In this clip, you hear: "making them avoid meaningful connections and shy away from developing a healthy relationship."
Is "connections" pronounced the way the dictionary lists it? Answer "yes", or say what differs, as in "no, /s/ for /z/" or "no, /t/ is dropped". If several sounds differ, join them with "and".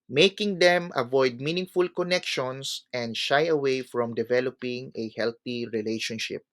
no, /s/ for /z/